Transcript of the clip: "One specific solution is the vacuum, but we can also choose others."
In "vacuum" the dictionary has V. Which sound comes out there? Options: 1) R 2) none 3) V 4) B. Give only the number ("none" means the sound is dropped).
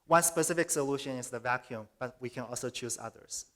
3